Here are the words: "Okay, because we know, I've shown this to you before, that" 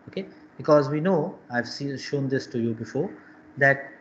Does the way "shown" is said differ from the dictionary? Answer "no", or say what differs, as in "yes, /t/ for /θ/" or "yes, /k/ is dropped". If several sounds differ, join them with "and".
no